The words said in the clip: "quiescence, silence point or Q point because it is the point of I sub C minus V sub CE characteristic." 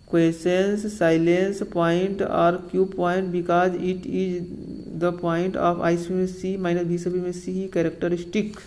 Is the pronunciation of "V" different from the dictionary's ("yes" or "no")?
yes